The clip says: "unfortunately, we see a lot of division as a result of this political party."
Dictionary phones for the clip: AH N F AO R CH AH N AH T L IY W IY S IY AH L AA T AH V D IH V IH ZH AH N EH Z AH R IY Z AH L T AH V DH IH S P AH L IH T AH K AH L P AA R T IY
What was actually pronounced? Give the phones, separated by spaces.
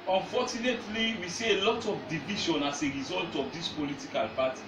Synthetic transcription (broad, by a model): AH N F AO CH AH N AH T L IY W IY S IY AH L AA T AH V D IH V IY SH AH N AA S AH R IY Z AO L T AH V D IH S P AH L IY T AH K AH L P AA T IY